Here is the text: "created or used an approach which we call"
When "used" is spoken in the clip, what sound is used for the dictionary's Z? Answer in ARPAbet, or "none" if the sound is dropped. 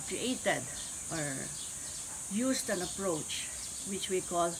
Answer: S